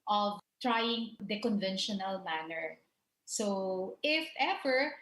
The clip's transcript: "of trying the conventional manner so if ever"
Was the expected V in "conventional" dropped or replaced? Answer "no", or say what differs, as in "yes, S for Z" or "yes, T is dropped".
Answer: no